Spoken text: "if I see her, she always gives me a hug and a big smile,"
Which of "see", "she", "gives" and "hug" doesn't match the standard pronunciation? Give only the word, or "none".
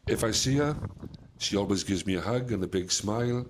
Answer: none